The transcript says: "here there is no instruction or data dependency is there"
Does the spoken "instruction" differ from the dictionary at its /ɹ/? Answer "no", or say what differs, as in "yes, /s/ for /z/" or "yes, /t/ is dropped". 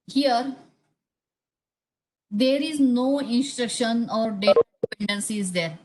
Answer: no